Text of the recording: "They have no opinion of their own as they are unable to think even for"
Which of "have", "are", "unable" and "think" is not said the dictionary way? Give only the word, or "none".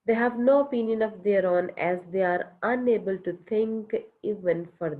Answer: think